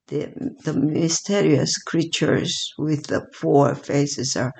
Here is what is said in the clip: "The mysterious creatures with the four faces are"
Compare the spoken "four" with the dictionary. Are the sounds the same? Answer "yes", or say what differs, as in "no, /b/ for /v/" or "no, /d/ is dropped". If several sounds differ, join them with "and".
no, /p/ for /f/